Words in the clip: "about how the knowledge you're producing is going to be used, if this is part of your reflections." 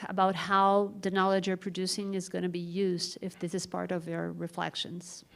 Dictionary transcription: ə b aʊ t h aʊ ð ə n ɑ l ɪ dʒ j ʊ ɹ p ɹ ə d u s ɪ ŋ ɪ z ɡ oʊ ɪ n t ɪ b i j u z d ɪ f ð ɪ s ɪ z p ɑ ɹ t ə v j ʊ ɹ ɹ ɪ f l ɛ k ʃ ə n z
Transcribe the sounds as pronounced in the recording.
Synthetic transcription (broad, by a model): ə b aʊ t h aʊ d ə n ɑ l ɪ dʒ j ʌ ɹ p ɹ ə d u s ɪ ŋ ɪ z ɡ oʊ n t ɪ b i j u z d ɪ f ð ɪ s ɪ z p ɑ ɹ t ə v j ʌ ɹ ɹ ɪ f l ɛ k ʃ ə n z